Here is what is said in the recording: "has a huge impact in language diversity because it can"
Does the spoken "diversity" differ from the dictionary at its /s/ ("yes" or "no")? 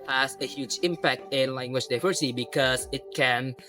yes